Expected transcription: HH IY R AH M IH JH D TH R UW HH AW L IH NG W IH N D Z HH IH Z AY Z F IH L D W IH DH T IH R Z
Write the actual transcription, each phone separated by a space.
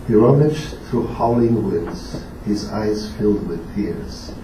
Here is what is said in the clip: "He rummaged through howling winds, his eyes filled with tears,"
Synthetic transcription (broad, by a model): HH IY R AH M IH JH TH R UW HH AW L IH NG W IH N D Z HH IH Z AY Z F IH L D W IH DH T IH R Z